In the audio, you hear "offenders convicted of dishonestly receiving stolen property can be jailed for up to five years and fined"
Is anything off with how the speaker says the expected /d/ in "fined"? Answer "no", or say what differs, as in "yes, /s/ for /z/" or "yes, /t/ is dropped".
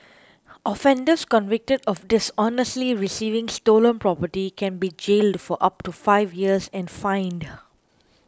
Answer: no